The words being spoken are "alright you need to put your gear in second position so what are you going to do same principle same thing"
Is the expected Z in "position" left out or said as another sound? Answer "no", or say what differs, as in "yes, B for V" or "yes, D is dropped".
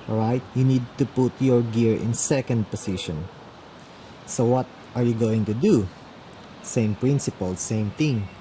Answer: yes, S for Z